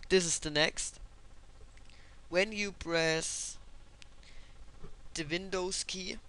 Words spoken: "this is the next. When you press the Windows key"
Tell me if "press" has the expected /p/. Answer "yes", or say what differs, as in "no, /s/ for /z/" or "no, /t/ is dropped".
no, /b/ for /p/